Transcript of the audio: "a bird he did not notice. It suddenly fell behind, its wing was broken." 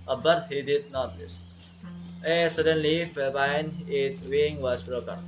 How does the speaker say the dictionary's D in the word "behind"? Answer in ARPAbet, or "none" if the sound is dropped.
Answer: none